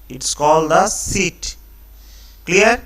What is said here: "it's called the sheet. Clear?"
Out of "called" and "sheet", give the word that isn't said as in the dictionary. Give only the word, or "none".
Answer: sheet